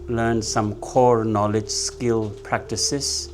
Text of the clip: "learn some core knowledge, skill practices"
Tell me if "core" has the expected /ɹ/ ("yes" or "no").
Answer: yes